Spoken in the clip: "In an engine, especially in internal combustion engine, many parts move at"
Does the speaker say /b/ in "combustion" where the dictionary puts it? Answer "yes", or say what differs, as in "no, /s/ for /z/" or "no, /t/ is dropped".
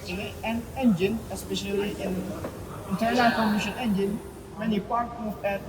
no, /b/ is dropped